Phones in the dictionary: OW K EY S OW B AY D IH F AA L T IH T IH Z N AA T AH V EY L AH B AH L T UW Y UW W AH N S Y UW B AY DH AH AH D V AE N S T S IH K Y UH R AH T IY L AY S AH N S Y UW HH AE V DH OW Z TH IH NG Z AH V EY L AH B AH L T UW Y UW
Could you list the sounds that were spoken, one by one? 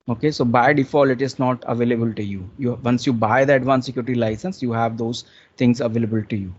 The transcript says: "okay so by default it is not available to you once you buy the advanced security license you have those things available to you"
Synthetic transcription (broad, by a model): OW K EY S OW B AY D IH F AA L IH T IH Z N AA T AH V EY L AH B AH L T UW Y UW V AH N S Y UW B AY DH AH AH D V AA N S S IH K Y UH R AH T IY L AY S AH N S Y UW HH AE V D OW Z T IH NG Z AH V EY L AH B AH L T UW Y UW